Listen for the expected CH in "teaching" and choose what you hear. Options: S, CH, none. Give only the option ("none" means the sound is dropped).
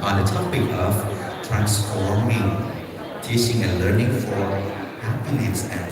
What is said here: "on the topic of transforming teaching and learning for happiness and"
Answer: S